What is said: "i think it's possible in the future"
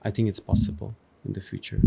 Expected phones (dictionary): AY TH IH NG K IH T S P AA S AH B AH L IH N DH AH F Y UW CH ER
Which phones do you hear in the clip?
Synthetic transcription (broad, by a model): AY TH IH NG K IH T S P AA S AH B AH L IH N DH AH F Y UW CH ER